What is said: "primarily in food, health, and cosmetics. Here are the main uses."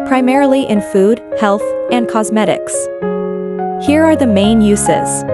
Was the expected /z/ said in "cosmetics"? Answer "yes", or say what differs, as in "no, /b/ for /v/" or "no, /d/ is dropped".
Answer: yes